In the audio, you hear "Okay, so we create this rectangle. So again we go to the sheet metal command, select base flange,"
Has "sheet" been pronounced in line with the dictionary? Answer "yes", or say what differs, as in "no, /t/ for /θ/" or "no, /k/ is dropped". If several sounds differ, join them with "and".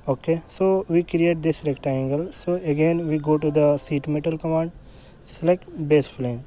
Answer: no, /s/ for /ʃ/